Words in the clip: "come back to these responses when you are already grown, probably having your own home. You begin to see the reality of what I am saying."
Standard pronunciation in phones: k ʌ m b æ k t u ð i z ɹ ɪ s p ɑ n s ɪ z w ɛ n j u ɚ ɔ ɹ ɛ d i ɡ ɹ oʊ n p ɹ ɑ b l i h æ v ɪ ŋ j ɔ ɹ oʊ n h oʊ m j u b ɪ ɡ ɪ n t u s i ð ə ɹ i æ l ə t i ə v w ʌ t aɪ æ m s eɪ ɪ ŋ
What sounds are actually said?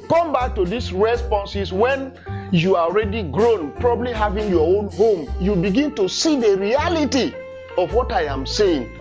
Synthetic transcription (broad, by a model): k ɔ m b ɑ k t u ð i s ɹ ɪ s p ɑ n s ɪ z w ɛ n j u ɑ ɔ ɹ ɛ d i ɡ ɹ oʊ n p ɹ ɑ b l i h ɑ v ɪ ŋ j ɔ oʊ n h oʊ m j u b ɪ ɡ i n t u s i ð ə ɹ i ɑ l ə t i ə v w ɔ t aɪ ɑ m s eɪ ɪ ŋ